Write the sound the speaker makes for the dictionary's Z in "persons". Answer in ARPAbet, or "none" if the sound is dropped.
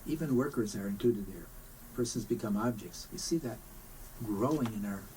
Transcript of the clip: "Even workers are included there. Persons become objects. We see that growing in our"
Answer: Z